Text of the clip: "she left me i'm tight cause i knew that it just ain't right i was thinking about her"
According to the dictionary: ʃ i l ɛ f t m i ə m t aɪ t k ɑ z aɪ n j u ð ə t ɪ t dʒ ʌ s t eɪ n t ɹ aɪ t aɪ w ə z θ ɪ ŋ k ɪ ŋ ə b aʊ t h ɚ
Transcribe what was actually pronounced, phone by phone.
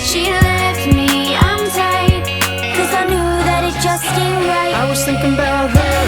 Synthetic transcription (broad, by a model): ʃ i l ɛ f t m i ə m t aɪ k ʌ z aɪ n j u ð ə t ɪ t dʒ ʌ s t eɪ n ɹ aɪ aɪ w ə z θ ɪ ŋ k ɪ ŋ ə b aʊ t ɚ